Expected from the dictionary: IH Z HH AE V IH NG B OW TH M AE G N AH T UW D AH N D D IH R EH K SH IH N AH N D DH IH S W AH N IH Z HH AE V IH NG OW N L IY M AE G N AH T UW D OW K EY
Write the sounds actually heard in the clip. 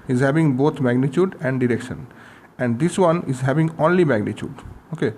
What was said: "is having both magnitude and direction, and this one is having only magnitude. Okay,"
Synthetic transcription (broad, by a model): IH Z HH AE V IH NG B OW T M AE G N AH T UW D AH N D D IH R EH K SH IH N AH N D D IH S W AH N IH Z HH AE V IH NG OW N L IY M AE G N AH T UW D OW K EY